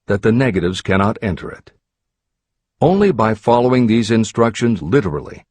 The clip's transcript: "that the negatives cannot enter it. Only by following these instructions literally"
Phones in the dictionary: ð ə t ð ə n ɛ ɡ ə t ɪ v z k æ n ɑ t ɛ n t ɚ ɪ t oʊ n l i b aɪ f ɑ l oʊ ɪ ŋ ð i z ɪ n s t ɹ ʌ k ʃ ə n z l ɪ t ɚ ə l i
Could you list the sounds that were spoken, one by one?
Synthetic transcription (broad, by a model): ð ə t ð ə n ɛ ɡ ə t ɪ v z k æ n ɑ t ɛ n t ɚ ɪ t oʊ n l i b aɪ f ɑ l oʊ ɪ ŋ ð i z ɪ n s t ɹ ʌ k ʃ ə n z l ɪ t ɚ l i